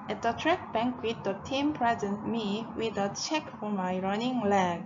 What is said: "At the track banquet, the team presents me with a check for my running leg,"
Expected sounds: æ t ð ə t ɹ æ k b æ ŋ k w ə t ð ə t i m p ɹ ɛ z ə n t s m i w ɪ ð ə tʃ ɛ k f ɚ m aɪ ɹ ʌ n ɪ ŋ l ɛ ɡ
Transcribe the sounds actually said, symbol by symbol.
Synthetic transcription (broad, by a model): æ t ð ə t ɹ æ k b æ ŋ k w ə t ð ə t i m p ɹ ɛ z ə n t m i w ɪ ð ə tʃ ɛ k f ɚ m aɪ ɹ ʌ n ɪ ŋ l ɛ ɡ